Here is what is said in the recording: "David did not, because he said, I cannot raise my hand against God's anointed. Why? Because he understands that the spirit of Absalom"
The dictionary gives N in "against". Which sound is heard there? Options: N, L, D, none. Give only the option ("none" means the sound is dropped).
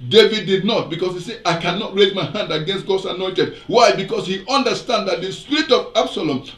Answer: N